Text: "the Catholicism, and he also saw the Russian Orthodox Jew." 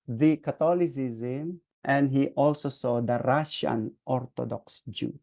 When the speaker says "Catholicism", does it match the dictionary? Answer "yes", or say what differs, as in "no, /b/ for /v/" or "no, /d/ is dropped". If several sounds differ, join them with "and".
no, /t/ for /θ/